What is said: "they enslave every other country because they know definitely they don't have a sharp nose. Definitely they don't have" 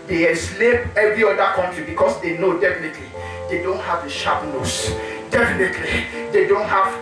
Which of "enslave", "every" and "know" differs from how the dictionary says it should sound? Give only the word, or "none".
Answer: enslave